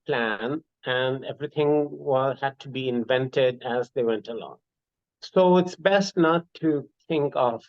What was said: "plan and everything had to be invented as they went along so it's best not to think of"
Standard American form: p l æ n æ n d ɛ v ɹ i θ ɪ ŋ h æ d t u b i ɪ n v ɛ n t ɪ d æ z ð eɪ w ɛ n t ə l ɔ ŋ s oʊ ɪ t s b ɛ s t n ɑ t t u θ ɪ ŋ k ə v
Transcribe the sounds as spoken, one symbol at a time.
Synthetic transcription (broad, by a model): p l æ n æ n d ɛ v ɹ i t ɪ ŋ h æ d t u b i ɪ n v ɛ n t ɪ d æ z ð eɪ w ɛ n t ə l ɔ ŋ s oʊ ɪ t s b ɛ s t n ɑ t t u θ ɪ ŋ k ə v